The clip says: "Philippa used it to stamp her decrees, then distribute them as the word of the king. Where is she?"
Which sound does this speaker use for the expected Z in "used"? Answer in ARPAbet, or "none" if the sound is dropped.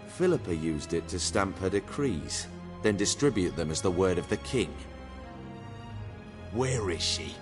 Z